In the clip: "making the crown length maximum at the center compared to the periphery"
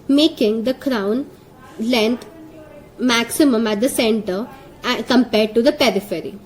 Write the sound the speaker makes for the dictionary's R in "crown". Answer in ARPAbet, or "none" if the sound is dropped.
R